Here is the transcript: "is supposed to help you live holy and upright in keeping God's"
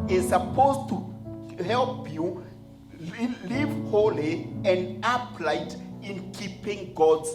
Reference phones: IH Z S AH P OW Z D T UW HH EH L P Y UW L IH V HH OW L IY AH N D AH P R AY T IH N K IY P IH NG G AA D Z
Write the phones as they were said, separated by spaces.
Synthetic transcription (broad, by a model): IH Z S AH P OW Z T UW HH EH L P Y UW L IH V HH OW L IY AH N D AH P L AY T IH N K IY P IH NG G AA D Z